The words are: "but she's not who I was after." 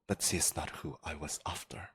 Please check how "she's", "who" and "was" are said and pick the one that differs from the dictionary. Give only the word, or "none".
she's